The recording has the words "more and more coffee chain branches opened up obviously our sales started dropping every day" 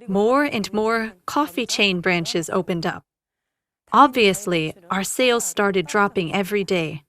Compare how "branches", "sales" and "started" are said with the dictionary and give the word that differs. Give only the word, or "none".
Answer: none